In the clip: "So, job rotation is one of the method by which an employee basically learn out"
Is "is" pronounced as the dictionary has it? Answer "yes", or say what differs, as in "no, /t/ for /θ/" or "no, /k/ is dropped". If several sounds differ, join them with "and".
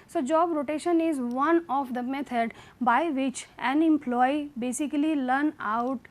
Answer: yes